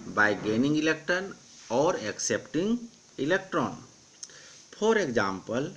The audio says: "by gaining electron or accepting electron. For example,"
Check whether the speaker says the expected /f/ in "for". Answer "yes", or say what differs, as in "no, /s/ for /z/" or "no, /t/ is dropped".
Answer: no, /p/ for /f/